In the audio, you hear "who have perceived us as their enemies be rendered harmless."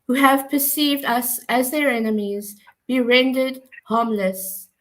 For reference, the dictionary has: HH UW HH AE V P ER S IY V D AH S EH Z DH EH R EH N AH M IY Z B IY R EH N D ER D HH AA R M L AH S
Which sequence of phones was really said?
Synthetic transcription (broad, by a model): HH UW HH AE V P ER S IY V D AH S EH Z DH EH R EH N AH M IY Z B IY R EH N D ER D HH AA M L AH S